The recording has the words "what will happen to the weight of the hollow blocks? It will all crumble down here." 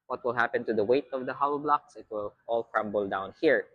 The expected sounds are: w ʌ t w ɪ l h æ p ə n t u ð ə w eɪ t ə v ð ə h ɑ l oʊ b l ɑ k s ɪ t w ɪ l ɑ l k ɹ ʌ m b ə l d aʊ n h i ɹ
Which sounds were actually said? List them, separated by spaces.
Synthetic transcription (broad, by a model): w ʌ t w ɪ l h æ p ə n t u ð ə w eɪ t ə v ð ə h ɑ ʊ b l ɑ k s ɪ t w ɪ l ɑ l k ɹ ʌ m b ə l d aʊ n h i ɹ